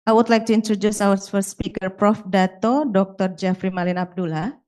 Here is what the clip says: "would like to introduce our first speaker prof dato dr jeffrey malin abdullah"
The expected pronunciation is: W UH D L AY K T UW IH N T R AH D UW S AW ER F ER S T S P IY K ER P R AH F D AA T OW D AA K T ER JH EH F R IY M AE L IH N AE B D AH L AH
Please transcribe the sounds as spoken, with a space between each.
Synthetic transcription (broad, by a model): W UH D L AY K T UW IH N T R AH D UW S AW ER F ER S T S P IY K ER P R AH F D AA T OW D AA K T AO JH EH F R IY M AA L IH N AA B D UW L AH